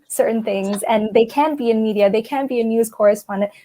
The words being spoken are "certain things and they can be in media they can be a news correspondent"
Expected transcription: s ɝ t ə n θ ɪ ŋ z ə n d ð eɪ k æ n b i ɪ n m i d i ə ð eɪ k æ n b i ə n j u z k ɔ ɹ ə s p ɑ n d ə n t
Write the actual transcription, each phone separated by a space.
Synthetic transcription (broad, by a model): s ɝ t n θ ɪ ŋ z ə n ð eɪ k æ n b i ɪ n m i d i ə ð eɪ k æ n b i ə n j u z k ɔ ɹ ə s p ɑ n d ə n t